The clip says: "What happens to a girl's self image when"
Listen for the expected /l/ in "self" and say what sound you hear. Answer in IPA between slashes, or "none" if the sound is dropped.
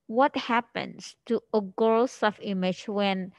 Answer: none